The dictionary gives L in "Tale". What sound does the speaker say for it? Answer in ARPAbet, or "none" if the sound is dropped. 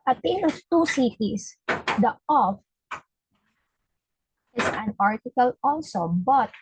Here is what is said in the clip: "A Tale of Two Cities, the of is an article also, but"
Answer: N